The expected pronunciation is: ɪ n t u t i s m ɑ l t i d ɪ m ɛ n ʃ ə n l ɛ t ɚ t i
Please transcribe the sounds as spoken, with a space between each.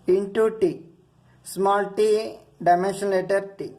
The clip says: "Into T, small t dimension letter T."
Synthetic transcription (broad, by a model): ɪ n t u t i s m ɑ l t i d ɪ m ɛ n ʃ ə n l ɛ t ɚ t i